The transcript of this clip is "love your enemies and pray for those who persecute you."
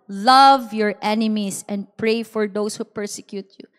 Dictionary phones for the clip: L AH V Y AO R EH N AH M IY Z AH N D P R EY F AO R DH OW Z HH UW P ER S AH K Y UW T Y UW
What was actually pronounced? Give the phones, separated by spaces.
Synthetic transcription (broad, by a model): L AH V Y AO R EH N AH M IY S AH N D P R EY F AO R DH OW S HH UW P ER S AH K Y UW T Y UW